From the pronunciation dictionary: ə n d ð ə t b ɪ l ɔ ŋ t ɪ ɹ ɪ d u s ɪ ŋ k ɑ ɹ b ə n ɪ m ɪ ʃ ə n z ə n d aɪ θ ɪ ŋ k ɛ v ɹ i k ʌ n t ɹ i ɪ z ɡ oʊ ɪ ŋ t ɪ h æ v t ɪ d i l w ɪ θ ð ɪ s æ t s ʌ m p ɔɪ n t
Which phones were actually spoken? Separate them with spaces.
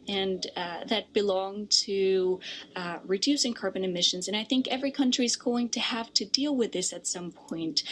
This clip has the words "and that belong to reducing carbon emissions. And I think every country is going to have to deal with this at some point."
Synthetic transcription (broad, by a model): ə n ð ə t b ɪ l ɔ ŋ t ɪ ɹ ɪ d u s ɪ ŋ k ɑ ɹ b ə n ɪ m ɪ ʃ ə n z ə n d aɪ θ ɪ ŋ k ɛ v ɹ i k ʌ n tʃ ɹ i ɪ z ɡ oʊ ɪ ŋ t ɪ h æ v t ɪ d i l w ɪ ð ɪ s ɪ t s ʌ m p ɔɪ n t